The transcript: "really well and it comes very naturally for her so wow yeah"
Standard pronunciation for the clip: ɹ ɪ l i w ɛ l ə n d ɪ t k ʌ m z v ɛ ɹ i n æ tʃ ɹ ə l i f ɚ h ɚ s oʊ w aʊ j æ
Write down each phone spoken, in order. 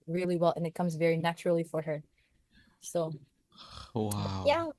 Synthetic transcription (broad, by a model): ɹ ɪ l i w ɛ l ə n ɪ t k ʌ m z v ɛ ɹ i n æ tʃ ɹ l i f ɚ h ɚ s oʊ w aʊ j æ